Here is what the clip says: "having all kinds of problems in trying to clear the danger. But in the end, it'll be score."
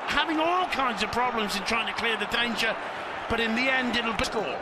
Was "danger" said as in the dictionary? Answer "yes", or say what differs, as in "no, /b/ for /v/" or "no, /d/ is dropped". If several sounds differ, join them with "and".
no, /tʃ/ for /dʒ/